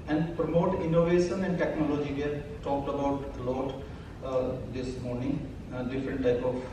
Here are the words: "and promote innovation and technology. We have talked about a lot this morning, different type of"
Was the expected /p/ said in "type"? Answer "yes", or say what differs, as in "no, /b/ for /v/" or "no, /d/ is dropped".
yes